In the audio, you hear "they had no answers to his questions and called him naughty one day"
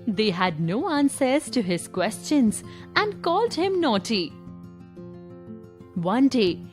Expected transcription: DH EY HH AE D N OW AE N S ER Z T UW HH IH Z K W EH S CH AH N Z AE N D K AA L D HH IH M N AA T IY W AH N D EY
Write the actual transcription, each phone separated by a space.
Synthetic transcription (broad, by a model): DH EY HH AE D N OW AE N S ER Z T UW HH IH Z K W EH S CH AH N Z AE N D K AA L D HH IH M N AA T IY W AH N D EY